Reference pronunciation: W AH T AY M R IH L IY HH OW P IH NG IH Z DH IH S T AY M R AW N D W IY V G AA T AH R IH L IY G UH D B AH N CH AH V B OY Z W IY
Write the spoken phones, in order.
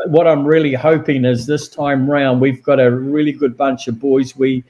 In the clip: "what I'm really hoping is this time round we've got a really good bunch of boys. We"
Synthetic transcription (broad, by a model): W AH T AY M R IH L IY HH OW P IH NG IH Z DH IH S T AY M R AW N D W IY V G AA T AH R IH L IY G UH D B AH N CH AH V B OY Z W IY